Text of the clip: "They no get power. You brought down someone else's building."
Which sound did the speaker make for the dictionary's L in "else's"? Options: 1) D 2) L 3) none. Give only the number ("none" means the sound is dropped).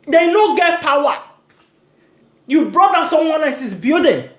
3